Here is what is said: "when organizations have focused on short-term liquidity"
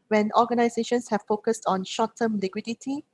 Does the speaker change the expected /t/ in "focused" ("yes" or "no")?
no